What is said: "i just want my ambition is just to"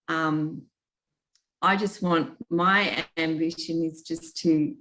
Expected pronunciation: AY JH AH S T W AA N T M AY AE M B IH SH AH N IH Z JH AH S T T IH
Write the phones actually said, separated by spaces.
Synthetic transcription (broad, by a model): AY JH AH S T W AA N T M AY AE M B IH SH AH N IH Z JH AH S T T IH